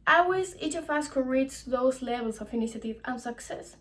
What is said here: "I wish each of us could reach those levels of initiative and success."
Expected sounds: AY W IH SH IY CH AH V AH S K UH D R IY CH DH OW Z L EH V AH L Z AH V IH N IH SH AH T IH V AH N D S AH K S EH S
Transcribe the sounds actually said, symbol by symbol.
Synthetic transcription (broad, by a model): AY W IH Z IY CH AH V AH S K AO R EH S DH OW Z L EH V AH L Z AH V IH N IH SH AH T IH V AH N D S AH K S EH S